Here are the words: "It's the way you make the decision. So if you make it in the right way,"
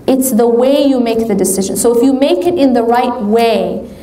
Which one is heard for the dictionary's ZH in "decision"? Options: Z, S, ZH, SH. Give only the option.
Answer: ZH